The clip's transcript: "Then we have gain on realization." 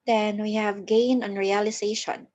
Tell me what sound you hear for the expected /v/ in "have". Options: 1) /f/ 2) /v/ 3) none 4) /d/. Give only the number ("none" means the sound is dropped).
2